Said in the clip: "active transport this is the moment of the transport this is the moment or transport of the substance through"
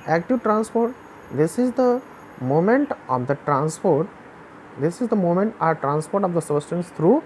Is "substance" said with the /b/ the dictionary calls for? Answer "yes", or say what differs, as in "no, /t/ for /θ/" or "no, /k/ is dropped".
no, /b/ is dropped